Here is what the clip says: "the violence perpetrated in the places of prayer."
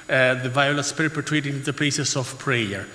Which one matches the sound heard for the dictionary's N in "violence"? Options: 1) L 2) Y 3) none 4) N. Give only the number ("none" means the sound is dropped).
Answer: 3